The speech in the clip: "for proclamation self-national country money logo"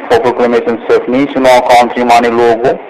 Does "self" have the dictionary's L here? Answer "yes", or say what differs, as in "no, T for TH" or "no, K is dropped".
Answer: no, L is dropped